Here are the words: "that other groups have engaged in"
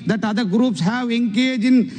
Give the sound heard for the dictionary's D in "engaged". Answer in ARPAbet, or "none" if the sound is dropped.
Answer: none